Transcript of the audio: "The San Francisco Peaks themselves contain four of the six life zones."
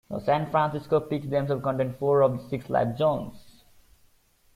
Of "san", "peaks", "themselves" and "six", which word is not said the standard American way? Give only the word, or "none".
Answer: themselves